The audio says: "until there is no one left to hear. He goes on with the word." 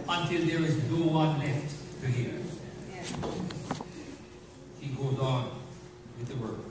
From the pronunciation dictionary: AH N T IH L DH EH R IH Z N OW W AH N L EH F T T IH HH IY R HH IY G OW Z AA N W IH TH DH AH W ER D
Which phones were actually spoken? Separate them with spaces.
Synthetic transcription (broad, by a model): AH N T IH L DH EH R IH Z N OW W AH N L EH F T T IH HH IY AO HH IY G OW Z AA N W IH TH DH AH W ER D